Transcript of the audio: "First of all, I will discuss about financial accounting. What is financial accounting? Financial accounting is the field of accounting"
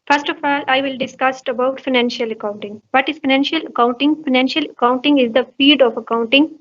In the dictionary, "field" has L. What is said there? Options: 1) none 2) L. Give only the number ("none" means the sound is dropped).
1